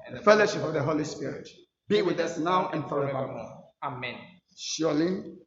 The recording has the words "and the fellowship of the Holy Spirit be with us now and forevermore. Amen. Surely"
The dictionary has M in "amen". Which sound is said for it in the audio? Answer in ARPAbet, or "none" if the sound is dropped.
M